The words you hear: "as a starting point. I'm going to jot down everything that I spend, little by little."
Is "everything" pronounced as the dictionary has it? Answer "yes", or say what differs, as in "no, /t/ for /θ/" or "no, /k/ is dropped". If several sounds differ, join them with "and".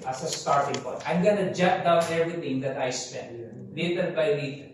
no, /t/ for /θ/